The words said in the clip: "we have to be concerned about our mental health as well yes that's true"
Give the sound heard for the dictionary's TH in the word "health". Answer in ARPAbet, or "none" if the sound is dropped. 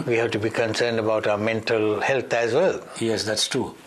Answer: T